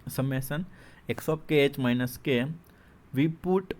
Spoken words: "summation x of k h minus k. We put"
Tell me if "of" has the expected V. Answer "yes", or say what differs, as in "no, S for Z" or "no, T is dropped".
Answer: no, P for V